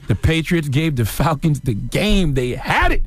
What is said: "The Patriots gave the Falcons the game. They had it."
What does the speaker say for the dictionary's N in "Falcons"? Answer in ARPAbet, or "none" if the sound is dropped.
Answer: N